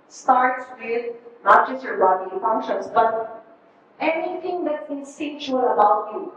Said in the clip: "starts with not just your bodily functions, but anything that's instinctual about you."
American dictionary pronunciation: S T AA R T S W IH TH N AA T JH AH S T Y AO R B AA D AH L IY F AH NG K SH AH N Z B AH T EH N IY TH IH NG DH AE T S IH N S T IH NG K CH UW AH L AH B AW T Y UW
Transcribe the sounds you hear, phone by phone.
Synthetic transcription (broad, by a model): S T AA R T S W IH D N AA T JH AH S T Y AO R B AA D IY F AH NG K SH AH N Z B AH T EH N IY T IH NG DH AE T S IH S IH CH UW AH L AH B AW T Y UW